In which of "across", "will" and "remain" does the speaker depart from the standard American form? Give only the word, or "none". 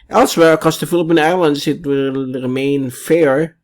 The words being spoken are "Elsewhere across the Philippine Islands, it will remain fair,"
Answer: across